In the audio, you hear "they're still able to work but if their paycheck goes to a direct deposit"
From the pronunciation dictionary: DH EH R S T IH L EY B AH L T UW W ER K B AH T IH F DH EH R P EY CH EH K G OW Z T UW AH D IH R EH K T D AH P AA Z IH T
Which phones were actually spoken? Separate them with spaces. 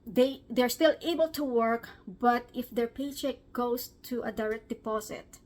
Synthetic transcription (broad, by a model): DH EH R S T IH L EY B AH L T UW W ER K B AH T IH F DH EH R P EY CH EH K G OW S T UW AH D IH R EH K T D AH P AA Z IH T